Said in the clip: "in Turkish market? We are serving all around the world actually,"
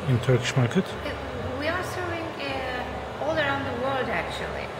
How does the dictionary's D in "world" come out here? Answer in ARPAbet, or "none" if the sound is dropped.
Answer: D